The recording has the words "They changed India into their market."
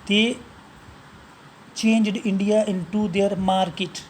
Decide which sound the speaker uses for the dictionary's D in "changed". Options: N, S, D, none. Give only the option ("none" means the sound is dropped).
D